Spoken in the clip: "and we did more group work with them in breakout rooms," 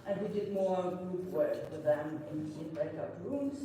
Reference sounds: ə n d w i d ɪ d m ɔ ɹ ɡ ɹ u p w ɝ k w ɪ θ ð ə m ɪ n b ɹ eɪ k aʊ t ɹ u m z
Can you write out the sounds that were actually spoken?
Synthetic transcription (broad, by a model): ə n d w i d ɪ d m ɔ ɹ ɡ u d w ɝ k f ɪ ð ə m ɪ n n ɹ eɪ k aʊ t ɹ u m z